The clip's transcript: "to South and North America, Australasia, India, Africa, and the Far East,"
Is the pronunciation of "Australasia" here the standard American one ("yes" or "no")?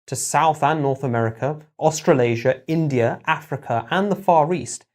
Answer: yes